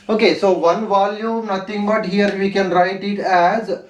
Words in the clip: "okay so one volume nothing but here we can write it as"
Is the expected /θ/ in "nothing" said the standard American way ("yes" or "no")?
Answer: no